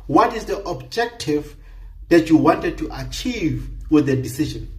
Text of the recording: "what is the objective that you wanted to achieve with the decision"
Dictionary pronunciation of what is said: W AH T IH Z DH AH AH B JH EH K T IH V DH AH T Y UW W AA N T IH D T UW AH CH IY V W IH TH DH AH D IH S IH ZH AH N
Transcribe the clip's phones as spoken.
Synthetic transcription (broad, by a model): W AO T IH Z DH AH AH B JH EH K T IH V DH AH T Y UW W AA N T IH D T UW AH CH IY V W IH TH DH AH D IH S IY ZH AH N